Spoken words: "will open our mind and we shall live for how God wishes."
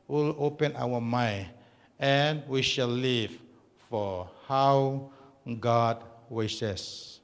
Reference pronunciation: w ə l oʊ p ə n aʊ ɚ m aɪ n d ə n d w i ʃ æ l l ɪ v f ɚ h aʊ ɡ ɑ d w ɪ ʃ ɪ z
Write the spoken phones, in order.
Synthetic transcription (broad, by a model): w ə l oʊ p ə n aʊ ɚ m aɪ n ə n w i ʃ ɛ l l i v f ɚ h aʊ ɡ ɑ d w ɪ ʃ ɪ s